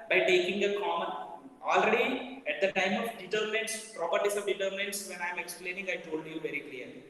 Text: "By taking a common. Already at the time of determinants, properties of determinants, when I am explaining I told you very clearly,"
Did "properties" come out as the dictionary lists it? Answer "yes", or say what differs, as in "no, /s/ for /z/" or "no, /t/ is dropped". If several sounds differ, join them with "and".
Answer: no, /s/ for /z/